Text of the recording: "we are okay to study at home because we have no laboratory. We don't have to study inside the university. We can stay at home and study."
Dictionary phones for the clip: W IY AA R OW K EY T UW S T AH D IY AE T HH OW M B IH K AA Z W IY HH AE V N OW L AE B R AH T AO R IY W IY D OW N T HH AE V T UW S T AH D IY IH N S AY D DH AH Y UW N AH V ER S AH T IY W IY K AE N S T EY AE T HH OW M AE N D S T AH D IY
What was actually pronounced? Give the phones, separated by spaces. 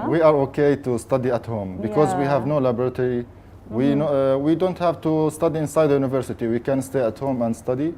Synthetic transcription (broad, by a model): W IY AA R OW K EY T UW S T AH D IY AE T HH OW M B IH K AA Z W IY HH AE V N OW L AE B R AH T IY W IY W IY D OW N T HH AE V T UW S T AH D IY IH N S AY D DH AH Y UW N AH V ER S AH T IY W IY K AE N S T EY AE T HH OW M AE N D S T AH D IY